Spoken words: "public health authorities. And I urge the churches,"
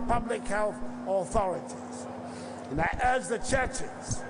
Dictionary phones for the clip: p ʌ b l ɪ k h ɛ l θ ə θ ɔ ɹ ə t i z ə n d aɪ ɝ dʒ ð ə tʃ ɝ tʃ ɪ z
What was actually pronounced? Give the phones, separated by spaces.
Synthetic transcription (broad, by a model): p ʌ b l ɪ k h ɛ l θ ə θ ɔ ɹ ə t i z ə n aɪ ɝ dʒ ð ə tʃ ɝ tʃ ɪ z